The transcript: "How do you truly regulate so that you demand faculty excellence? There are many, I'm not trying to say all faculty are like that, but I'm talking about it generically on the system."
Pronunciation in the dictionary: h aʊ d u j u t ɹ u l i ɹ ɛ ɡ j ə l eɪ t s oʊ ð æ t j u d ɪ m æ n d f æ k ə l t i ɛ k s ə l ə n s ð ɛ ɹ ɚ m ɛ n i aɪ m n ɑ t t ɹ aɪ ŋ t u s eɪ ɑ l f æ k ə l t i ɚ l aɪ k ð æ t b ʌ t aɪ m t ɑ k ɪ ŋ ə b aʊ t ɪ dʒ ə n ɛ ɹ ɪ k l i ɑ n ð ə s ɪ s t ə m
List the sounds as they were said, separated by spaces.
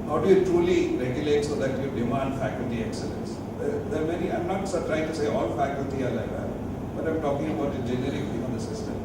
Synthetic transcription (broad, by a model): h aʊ d u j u t ɹ u l i ɹ ɛ ɡ j ə l eɪ t s oʊ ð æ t j u d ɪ m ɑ n d f æ k ə l t i ɛ k s ə l ə n s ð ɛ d ɚ m ɛ n i aɪ m n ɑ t t ɹ aɪ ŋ t u s eɪ ɑ l f æ k ə l t i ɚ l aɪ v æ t b ʌ t aɪ m t ɑ k ɪ ŋ ə b aʊ t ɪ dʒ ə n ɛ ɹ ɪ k i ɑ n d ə s ɪ s t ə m